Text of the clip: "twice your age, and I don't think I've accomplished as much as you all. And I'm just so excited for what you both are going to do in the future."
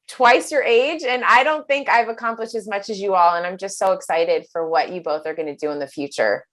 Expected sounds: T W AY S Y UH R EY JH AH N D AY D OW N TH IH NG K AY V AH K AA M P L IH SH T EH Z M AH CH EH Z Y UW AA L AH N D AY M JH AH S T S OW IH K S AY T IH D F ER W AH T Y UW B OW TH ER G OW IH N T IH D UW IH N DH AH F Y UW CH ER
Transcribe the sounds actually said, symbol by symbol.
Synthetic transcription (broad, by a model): T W AY S Y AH R EY JH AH N AY D OW N TH IH NG K AY V AH K AA M P L IH SH T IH Z M AH CH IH Z Y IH AA L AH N AY M JH AH S T S OW IH K S AY T IH D F ER W AH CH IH B OW TH ER G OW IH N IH D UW IH N DH AH F Y UW CH ER